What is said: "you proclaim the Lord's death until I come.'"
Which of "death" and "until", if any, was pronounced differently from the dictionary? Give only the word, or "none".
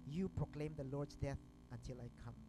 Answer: none